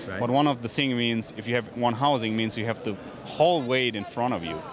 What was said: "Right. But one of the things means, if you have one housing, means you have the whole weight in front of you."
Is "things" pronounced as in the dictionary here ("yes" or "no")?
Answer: no